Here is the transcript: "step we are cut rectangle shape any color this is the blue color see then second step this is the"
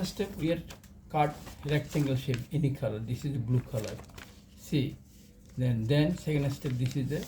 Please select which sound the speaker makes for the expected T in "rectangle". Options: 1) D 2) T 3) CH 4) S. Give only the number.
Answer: 4